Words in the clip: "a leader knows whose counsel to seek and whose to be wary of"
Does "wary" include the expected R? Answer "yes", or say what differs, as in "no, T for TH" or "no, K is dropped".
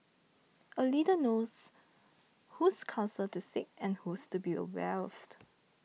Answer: no, W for R